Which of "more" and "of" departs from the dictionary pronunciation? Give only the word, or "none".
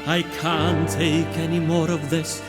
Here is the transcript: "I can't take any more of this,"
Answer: none